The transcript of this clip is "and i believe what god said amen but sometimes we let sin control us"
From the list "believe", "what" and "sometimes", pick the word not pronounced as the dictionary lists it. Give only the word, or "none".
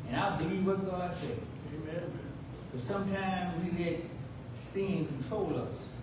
none